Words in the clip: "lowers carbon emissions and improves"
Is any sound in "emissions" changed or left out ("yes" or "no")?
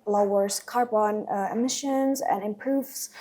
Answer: no